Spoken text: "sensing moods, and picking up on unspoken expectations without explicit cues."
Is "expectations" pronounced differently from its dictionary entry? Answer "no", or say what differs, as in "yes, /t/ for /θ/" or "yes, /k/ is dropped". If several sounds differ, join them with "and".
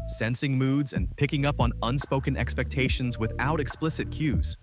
no